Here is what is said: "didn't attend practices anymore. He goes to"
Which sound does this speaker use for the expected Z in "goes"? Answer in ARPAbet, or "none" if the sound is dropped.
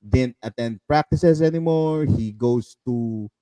S